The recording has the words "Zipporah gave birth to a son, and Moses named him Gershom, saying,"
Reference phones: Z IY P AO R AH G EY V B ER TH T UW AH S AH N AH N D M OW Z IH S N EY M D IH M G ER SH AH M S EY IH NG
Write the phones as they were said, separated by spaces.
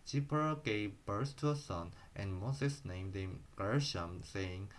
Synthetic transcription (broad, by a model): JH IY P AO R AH G EY V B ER S T UW AH S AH N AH N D M OW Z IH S N EY M D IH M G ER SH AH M S EY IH NG